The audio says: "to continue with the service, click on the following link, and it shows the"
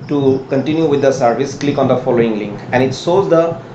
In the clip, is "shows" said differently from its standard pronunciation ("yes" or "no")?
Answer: yes